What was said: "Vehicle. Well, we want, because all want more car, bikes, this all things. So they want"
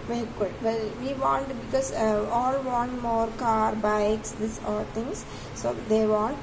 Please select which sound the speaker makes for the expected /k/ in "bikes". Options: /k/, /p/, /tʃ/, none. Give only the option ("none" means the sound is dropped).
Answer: /k/